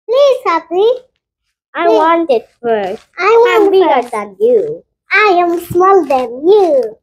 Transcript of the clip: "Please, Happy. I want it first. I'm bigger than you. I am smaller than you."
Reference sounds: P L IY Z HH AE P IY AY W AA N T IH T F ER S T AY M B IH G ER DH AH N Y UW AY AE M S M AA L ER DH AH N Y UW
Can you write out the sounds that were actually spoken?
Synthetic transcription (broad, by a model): P L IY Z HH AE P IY AY W AA N T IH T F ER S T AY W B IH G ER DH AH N Y UW AY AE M S M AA L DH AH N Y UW